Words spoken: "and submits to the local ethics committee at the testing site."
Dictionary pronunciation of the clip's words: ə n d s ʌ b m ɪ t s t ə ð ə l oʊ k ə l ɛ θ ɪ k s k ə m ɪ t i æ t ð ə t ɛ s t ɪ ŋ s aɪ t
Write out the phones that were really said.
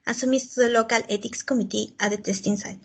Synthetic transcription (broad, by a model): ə s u m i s t ə ð ə l oʊ k ə l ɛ t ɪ k s k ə m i t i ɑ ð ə t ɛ s t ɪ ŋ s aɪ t